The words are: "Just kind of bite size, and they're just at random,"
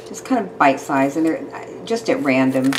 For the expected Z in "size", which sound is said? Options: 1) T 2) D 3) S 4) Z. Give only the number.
4